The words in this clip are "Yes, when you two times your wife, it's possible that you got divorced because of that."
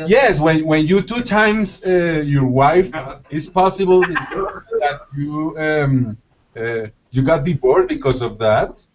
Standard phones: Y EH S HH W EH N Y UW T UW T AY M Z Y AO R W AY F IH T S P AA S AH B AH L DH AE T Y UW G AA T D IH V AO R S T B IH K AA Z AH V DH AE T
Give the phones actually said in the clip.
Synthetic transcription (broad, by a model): Y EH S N W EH N Y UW T UW T AY M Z Y AO R W AY F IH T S P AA S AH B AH L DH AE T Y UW G AA T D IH B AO R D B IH K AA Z AH V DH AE T